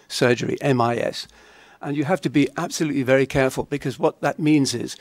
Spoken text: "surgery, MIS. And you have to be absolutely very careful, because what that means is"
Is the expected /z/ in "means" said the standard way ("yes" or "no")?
yes